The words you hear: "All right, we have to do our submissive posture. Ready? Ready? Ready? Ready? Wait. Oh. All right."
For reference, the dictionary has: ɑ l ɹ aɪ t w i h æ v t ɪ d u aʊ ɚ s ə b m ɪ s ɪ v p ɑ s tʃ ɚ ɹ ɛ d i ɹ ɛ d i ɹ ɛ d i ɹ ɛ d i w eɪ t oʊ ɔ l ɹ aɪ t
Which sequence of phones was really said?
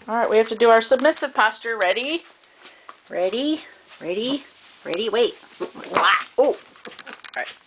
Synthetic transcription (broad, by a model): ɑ l ɹ aɪ t w i h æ f t ɪ d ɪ aʊ ɚ s ə b m ɪ s ɪ v p ɑ s tʃ ɚ ɹ ɛ d i ɹ ɛ d i ɹ ɛ d i ɹ ɛ d i w eɪ t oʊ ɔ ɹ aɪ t